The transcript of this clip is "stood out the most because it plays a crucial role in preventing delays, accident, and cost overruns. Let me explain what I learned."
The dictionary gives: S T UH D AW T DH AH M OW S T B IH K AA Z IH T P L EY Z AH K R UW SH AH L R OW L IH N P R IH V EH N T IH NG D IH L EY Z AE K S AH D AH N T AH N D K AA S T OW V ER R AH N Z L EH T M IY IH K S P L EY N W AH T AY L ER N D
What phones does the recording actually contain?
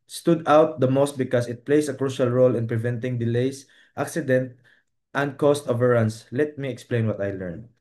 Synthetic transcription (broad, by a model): S T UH D AW T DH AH M OW S T B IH K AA S IH T P L EY S AH K R UW SH AH L R OW L IH N P R IH V EH N T IH NG D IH L EY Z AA K S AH D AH N T AH N D K AA S T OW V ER R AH N S L EH T M IY IH K S P L EY N W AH T AY L ER N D